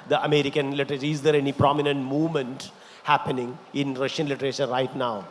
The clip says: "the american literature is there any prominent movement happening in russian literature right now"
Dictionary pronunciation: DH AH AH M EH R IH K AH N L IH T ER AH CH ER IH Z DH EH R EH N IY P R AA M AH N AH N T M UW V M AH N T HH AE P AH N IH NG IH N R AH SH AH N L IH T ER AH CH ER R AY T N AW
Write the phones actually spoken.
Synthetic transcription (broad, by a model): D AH AH M EH R IH K AH N L IH T ER AH CH ER IH Z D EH R EH N IY P R AA M AH N AH N T M UW V M AH N T HH AE P AH N IH NG IH N R AH SH AH N L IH T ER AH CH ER R AY T N AW